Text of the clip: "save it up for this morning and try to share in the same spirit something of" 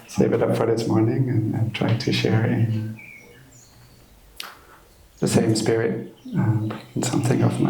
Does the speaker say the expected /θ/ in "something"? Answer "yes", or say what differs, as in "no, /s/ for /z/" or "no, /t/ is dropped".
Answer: yes